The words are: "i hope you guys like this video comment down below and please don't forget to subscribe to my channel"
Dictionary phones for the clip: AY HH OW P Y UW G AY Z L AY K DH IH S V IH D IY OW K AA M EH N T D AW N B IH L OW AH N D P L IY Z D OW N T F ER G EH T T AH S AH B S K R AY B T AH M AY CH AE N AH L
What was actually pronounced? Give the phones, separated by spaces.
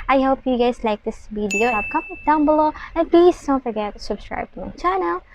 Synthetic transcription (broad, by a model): AY HH OW P Y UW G AY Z L AY K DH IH S B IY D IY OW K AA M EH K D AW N B IH L OW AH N P L IY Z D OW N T F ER G EH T T S AH B S K R AY B T AH M AY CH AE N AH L